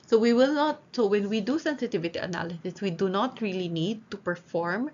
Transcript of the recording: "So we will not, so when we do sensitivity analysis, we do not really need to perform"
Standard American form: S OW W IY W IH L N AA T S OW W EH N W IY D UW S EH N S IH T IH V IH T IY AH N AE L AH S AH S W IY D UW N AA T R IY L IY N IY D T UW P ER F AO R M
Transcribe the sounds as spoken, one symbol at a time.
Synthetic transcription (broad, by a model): S OW W IY W IH L N AA T S OW W EH N W IY D UW S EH N S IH T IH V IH T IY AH N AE L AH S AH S W IY D UW N AA T R IY L IY N IY D T UW P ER F AO R M